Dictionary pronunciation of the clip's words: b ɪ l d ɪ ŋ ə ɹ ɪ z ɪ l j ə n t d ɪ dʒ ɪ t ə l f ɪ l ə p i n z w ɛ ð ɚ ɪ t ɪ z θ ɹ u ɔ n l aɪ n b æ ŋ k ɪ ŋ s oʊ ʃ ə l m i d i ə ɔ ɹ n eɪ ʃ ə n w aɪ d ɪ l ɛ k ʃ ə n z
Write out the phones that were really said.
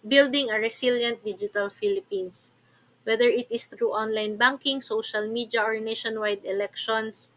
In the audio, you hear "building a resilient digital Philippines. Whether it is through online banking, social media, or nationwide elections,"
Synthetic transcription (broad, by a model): b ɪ l d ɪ ŋ ə ɹ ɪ s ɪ l j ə n t d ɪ dʒ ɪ t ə l f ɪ l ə p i n s w ɛ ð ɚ ɪ t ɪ s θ ɹ u ɔ n l aɪ n b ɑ ŋ k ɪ ŋ s oʊ ʃ ə l m i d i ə ɔ ɹ n eɪ ʃ ə n w aɪ d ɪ l ɛ k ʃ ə n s